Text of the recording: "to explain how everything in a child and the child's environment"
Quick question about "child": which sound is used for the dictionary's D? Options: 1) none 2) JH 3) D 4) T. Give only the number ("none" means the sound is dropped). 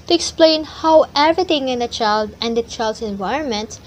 3